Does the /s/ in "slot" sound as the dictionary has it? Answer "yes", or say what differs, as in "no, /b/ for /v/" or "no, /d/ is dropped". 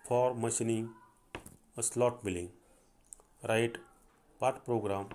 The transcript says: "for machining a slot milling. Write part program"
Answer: yes